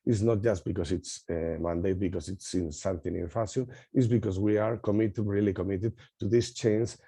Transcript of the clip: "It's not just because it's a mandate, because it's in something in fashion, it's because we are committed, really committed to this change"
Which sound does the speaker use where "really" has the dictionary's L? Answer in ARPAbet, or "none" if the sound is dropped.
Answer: L